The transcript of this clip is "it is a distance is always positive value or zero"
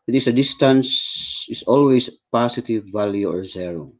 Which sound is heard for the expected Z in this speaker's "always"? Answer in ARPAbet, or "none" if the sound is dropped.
S